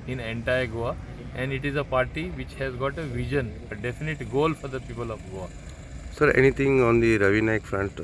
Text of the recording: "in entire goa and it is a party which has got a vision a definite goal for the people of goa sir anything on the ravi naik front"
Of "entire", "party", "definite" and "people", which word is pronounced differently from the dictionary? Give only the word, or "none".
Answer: none